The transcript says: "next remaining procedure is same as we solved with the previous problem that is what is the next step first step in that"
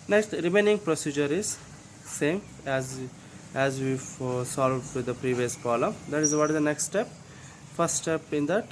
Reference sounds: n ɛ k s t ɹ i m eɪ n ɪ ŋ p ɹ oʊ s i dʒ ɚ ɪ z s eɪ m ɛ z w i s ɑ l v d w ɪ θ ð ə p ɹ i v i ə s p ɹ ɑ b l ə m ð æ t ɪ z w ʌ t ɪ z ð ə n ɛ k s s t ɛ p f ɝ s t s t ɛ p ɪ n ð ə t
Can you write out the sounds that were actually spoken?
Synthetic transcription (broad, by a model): n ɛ k s t ɹ i m eɪ n ɪ ŋ p ɹ oʊ s i dʒ ɚ ɪ z s eɪ m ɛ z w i s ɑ l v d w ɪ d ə p ɹ i v i ə s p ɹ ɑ l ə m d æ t ɪ z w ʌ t ɪ z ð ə n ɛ k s s t ɛ p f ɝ s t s t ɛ p ɪ n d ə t